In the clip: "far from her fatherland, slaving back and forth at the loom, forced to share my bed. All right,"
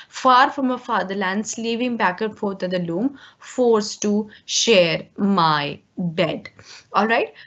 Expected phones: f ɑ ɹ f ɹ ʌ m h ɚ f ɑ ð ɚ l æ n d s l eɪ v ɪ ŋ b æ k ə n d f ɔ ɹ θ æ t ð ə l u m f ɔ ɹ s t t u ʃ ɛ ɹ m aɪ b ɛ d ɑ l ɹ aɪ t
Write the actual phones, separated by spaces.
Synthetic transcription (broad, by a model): f ɑ ɹ f ɹ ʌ m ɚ f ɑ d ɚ l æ n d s l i v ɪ ŋ b æ k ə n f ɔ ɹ t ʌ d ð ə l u m f ɔ ɹ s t t u ʃ ɛ ɹ m aɪ b ɛ d ɑ l ɹ aɪ t